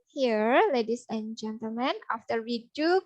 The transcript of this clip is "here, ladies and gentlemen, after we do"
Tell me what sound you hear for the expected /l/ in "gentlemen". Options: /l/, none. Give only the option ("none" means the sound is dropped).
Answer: /l/